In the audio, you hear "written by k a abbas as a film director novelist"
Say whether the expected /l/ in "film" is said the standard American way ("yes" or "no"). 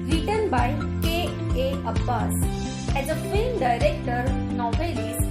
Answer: no